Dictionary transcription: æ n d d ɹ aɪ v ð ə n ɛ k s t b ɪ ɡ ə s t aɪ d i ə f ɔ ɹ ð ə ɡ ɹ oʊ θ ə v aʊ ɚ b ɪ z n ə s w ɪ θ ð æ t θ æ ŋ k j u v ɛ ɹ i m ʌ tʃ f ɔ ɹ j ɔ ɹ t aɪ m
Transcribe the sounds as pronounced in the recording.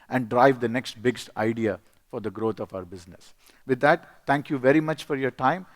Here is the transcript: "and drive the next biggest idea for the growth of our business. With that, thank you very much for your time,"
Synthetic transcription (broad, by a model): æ n d d ɹ aɪ v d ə n ɛ k s t b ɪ ɡ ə s t aɪ d i ə f ɔ ɹ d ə ɡ ɹ oʊ t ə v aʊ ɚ b ɪ z n ə s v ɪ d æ t t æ ŋ k j u v ɛ ɹ i m ʌ tʃ f ɔ ɹ j ɔ ɹ t aɪ m